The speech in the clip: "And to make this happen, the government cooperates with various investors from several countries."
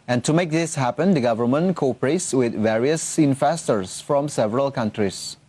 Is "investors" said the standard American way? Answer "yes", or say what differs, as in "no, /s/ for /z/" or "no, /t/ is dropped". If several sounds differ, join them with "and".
no, /f/ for /v/